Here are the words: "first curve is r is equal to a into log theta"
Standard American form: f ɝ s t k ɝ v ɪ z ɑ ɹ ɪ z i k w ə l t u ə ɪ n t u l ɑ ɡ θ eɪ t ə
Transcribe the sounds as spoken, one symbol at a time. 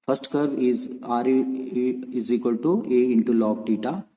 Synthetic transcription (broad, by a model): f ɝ s t k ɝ ɪ z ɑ ɹ ɪ z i k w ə l t u ə ɪ n t u l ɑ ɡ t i t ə